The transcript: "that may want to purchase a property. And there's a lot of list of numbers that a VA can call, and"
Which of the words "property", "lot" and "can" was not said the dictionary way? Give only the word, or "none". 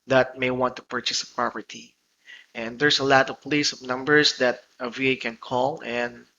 none